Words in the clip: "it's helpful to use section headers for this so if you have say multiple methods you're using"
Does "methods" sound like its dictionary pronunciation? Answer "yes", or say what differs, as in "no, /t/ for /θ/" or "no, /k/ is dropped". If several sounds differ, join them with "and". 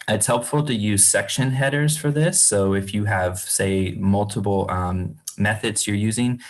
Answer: yes